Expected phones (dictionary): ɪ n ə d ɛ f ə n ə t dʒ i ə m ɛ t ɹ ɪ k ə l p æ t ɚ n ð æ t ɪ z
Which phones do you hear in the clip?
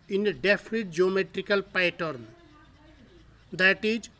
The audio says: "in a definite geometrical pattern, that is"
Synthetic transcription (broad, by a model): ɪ n ə d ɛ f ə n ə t dʒ i ə m ɛ t ɹ ɪ k ə l p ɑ t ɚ n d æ t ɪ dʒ